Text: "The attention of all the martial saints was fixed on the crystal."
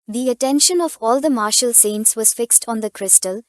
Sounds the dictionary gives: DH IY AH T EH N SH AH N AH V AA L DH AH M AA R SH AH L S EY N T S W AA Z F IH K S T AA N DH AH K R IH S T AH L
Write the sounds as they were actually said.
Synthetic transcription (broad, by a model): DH IY AH T EH N SH AH N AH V AA L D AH M AA R SH AH L S EY N T S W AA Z F IH K S T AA N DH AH K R IH S T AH L